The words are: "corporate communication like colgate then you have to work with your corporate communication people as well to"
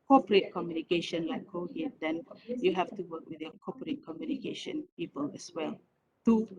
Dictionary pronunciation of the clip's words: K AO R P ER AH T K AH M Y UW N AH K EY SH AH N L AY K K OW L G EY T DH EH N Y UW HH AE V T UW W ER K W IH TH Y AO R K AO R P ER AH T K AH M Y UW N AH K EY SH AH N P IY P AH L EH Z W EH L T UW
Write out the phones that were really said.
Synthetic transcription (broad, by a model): K AO P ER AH T K AH M Y UW N AH K EY SH AH N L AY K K OW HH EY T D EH N Y UW HH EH F T UW W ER K W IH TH Y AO K AO P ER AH T K AH M Y UW N AH K EY SH AH N P IY P AH L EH S W EH L T UW